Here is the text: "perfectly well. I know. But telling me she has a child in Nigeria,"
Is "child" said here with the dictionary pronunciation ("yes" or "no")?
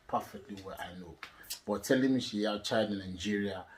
no